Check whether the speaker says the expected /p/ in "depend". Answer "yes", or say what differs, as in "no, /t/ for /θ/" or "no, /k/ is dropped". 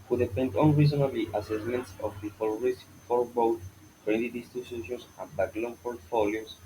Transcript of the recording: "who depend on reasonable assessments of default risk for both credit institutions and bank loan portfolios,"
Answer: no, /f/ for /p/